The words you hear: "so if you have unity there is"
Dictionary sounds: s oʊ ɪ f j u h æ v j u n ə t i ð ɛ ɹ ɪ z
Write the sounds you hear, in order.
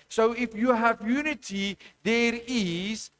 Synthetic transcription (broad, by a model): s oʊ ɪ f j u h æ v j u n ə t i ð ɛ ɹ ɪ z